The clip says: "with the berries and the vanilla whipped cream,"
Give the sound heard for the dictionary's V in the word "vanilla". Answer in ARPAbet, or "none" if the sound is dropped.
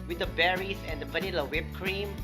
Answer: P